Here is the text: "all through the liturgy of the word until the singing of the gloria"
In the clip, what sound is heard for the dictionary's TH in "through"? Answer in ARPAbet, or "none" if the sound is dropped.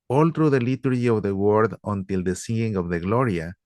T